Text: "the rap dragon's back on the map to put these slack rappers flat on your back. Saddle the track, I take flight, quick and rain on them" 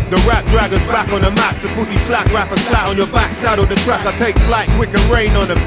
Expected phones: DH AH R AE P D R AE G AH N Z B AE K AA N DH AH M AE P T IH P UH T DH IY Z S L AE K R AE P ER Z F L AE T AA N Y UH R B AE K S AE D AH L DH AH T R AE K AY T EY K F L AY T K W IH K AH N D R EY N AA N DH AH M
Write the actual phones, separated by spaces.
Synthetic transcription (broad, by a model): DH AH R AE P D R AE G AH Z B AE K N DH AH M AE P T IH P UH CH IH S L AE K R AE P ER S L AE T N Y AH R B AE K S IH D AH DH AH T R AE K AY T EY K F L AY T K W IH K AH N R EY N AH N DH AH